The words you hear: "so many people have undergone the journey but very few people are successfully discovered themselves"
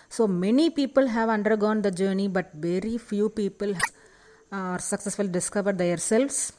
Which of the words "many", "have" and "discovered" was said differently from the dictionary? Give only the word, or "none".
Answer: none